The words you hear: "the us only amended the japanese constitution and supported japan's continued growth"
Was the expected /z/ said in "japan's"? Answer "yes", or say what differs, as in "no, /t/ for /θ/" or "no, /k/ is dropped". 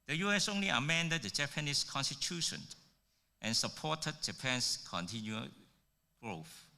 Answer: no, /s/ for /z/